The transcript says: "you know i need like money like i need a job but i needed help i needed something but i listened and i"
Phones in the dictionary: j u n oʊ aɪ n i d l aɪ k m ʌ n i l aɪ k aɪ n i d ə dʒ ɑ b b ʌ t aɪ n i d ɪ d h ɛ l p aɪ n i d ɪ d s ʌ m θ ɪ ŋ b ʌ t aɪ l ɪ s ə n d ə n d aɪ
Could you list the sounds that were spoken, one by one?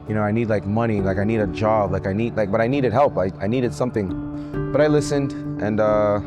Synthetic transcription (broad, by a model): j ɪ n oʊ aɪ n i d l aɪ k m ʌ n i l aɪ k aɪ n i d ə dʒ ɑ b b ʌ t aɪ n i d ɪ d h ɛ l p aɪ n i d ɪ d s ʌ m θ ɪ ŋ b ʌ t aɪ l ɪ s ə n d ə n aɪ